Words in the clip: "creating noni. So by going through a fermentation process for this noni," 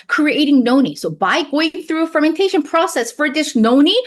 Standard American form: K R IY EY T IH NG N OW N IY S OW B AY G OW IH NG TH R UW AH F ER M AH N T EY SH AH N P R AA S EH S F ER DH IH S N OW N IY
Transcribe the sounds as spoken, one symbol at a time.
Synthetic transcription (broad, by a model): K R IY EY T IH NG N OW N IY S OW B AY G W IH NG TH R UW AH F ER M AH N T EY SH AH N P R AA S EH S F ER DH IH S N OW N IY